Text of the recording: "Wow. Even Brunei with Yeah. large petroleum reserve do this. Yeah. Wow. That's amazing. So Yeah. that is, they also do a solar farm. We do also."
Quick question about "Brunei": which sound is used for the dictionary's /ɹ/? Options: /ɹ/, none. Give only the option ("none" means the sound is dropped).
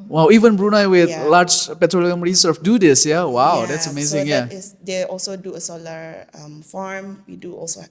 /ɹ/